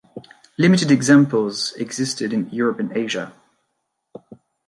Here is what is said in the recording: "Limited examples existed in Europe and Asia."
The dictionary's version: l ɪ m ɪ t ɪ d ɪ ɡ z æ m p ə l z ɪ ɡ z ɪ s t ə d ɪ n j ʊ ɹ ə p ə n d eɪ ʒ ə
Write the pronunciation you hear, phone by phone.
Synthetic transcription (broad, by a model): l ɪ m ɪ t ɪ d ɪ ɡ z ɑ m p ə l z ɪ ɡ z ɪ s t ə d ɪ n j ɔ ɹ ə p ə n eɪ ʒ ə